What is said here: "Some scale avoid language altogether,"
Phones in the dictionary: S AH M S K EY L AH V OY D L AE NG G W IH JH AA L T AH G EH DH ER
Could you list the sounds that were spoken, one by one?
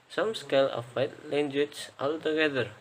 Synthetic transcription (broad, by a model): S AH M S K EY L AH F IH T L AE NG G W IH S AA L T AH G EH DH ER